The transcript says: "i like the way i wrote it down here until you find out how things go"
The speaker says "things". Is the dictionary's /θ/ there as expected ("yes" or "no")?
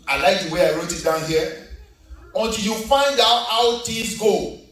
no